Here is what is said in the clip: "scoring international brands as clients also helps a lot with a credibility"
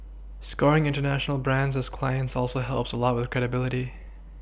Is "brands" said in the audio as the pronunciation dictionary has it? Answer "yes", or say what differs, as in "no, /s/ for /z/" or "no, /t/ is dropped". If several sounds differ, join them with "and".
yes